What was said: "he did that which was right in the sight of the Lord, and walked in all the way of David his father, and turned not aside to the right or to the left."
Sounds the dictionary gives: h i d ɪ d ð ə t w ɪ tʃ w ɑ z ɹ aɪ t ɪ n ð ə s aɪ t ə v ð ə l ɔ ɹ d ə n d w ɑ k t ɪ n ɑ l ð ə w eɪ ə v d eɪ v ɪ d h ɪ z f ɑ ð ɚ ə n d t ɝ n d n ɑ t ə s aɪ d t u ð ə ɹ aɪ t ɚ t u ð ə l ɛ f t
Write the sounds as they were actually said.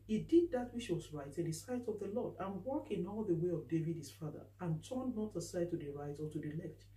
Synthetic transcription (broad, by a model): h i d ɪ d ð ə t w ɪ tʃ w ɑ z ɹ aɪ t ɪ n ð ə s aɪ t ə v ð ə l ɔ d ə n w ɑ k ɪ n ɑ l ð ə w eɪ ə v d eɪ v ɪ d h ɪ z f ɑ ð ɚ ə n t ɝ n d n ɑ t ə s aɪ d t u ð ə ɹ aɪ t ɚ t u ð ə l ɛ f t